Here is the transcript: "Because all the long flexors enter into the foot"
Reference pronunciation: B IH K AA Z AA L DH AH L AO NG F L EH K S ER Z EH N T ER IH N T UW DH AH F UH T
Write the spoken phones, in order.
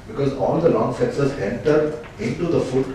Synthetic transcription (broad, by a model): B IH K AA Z AA L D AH L AO NG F EH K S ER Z EH N T ER IH N T UW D AH F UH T